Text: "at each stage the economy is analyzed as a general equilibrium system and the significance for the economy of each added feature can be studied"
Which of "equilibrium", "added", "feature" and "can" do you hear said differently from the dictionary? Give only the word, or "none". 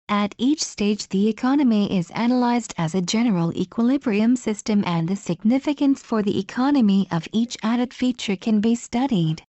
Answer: none